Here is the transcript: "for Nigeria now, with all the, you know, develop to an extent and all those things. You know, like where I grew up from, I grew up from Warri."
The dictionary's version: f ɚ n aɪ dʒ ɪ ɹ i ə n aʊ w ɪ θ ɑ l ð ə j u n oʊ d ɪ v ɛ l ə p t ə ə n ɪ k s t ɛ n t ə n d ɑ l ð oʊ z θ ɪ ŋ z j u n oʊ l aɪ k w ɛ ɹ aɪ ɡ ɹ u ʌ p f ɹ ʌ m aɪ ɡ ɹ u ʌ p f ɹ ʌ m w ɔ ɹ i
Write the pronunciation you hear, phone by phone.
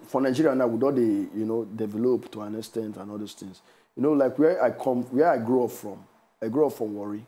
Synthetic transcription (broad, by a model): f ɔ n aɪ dʒ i ɹ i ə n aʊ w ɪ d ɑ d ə j u n oʊ d ɪ v ɛ l ə p t ə ə n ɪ s t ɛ n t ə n ɑ l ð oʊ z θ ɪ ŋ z j u n oʊ l aɪ k w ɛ w aɪ ɡ ɹ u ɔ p f ɹ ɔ m aɪ ɡ ɹ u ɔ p f ɹ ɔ m w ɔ ɹ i